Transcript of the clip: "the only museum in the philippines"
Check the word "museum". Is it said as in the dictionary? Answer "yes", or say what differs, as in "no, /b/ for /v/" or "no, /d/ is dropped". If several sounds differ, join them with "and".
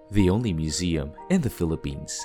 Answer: yes